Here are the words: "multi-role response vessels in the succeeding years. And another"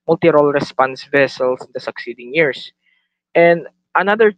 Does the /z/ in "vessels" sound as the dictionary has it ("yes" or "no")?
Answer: no